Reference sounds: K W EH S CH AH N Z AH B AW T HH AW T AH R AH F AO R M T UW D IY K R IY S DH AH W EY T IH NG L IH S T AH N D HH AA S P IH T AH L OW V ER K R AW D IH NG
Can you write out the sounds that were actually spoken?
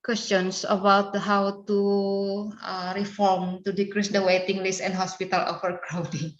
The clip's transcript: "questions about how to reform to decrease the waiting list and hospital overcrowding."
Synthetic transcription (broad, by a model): K W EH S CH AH N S AH B AW T HH AW T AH R AH F AO R M T UW D IY K R IY S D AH W EY T IH NG L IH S AH N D HH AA S P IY T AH L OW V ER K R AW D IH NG